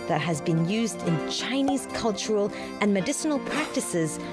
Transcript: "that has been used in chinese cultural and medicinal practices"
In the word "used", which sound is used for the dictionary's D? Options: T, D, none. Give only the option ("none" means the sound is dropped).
D